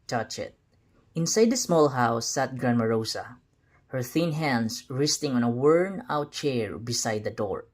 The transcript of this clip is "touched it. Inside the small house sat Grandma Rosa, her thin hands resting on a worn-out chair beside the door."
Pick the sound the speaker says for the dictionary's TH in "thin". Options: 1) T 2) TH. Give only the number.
2